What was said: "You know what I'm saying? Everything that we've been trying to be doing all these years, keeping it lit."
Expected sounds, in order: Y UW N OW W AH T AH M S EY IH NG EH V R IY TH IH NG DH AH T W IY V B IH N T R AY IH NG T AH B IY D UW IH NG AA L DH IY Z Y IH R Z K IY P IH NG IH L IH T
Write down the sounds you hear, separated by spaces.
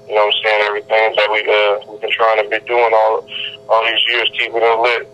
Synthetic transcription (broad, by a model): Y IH N OW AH S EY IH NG EH V R IY TH IH NG DH AH T W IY W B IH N T R AY IH NG T AH B IY D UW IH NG AA L DH IY Z Y IH R Z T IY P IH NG IH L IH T